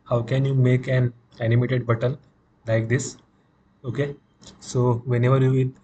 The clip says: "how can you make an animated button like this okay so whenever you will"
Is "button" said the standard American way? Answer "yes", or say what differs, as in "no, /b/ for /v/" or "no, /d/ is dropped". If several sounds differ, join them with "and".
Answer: no, /l/ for /n/